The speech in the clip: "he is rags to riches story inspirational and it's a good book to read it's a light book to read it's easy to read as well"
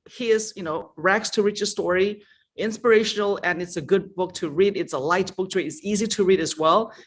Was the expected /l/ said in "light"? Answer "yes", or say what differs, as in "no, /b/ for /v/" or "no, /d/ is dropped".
yes